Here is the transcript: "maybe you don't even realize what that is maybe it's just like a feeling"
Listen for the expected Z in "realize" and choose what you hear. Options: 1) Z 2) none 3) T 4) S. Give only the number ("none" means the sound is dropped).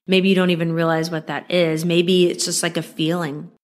1